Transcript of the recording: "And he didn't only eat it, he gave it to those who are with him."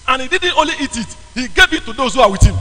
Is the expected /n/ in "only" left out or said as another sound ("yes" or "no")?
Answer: yes